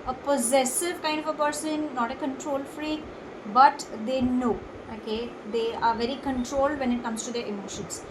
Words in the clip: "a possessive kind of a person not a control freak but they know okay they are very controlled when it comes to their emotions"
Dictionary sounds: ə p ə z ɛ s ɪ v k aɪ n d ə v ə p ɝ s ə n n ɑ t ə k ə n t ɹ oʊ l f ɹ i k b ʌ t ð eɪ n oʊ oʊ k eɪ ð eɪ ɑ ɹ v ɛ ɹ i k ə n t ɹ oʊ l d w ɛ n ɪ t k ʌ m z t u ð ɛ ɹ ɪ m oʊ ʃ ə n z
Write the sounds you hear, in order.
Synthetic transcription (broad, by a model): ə p ə z ɛ s ɪ v k aɪ n d ə v ə p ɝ s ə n n ɑ t ə k ə n t ɹ oʊ l f ɹ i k b ʌ t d eɪ n oʊ oʊ k eɪ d eɪ ɑ ɹ v ɛ ɹ i k ə n t ɹ oʊ l d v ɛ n ɪ t k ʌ m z t u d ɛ ɹ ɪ m oʊ ʃ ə n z